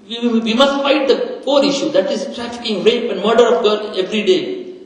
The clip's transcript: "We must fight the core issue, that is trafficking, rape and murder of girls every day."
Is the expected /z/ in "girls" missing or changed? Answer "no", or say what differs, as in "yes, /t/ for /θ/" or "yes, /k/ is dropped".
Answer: yes, /z/ is dropped